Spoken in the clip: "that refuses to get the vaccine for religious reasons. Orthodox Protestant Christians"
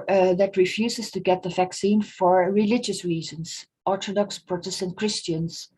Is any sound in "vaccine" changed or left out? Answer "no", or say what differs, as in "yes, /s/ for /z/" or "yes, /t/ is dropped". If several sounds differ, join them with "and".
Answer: no